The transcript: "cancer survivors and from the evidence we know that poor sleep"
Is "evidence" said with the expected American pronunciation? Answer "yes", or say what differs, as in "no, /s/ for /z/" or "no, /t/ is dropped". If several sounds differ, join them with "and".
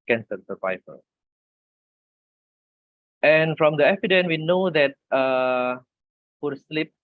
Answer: no, /s/ is dropped